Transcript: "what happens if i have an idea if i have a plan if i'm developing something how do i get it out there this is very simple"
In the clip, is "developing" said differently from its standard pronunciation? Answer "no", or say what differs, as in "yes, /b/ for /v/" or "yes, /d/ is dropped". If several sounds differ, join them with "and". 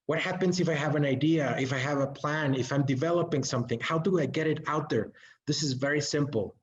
no